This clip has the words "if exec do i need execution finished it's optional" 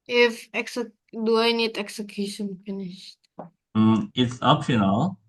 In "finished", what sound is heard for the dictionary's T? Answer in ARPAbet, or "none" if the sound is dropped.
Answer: T